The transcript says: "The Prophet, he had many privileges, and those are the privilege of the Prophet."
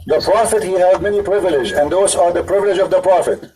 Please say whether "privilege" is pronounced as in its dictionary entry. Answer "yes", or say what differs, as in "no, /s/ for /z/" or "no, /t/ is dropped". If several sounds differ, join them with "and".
yes